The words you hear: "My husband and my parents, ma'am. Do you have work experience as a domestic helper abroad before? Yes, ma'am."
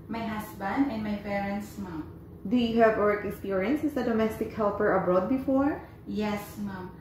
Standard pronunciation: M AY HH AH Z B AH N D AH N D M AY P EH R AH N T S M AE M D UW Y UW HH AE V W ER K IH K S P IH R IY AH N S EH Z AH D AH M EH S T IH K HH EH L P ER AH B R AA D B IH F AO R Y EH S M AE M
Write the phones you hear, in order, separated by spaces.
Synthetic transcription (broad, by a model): M AY HH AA S B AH N D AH N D M AY P EH R AH N T S M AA M D UW Y UW HH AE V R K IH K S P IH R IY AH N S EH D AH D AH M EH S T IH K HH EH L P ER AH B R AA D B IH F AO R Y EH S M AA M